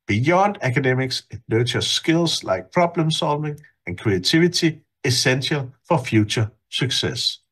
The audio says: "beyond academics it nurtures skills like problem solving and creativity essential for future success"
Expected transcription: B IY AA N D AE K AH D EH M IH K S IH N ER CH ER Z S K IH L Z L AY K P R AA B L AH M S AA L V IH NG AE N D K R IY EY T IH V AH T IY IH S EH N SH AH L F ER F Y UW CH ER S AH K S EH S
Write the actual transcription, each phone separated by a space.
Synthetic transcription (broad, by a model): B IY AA N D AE K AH D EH M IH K S IH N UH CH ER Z S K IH L S L AY K P R AA B L AH M S AA L V IH NG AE N K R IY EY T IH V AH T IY IH S EH N SH AH L F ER F Y UW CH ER S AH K S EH S